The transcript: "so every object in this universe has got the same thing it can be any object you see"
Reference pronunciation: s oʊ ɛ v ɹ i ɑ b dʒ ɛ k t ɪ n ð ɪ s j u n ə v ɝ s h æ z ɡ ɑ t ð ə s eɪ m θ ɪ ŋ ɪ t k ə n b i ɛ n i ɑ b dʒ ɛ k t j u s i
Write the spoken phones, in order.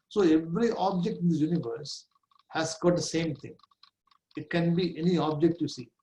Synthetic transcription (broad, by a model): s oʊ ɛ v ɹ i ɑ b dʒ ɛ k t ɪ n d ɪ j u n ə v ɝ s h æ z ɡ ɑ t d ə s eɪ m t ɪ ŋ ɪ t k ə n b i ɛ n i ɑ b dʒ ɛ k t j u s i